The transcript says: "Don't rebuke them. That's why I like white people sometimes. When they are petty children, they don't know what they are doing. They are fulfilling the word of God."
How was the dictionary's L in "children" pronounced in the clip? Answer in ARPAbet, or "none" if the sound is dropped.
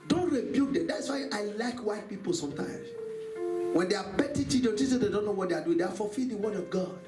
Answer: none